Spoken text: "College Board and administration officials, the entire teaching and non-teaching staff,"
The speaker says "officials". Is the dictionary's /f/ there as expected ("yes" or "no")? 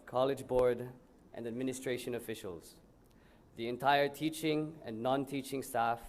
yes